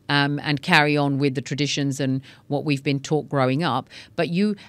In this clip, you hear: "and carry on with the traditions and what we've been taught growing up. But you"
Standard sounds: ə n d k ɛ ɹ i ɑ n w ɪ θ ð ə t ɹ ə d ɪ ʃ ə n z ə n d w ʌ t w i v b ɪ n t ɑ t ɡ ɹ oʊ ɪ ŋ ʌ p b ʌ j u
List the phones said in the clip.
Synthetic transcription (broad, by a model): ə n k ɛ ɹ i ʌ n w ɪ ð ə t ɹ ə d ɪ ʃ ə n z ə n w ʌ t w i v b ɪ n t ɑ t ɡ ɹ oʊ ɪ ŋ ʌ p b ʌ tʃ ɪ